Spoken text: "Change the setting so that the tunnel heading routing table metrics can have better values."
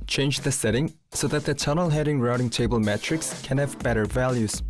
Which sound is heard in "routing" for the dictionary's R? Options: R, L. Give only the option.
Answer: R